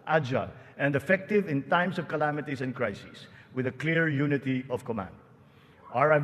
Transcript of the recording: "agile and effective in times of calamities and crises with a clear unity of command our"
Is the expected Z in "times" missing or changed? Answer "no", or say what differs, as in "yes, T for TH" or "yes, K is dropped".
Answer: yes, S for Z